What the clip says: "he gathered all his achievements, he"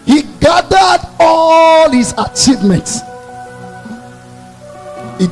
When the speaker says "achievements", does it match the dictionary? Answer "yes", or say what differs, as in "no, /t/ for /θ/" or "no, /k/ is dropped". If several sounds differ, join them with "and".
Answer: yes